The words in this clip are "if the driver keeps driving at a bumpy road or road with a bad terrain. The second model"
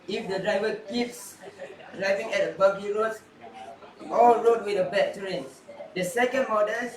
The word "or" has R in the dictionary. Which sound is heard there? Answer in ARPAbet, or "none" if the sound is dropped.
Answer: L